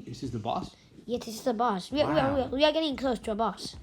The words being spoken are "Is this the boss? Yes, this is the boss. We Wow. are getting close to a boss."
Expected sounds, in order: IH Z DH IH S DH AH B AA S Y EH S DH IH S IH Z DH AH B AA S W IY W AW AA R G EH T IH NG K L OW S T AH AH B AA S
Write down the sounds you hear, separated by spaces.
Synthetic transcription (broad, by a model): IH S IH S DH AH B AA S Y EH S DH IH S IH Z DH AH B AA S W IY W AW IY W G EH T IH NG K L OW S T AH AH B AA S